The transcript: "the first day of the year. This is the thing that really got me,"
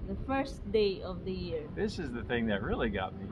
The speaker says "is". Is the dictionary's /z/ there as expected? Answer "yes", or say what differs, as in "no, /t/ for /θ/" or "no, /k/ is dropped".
yes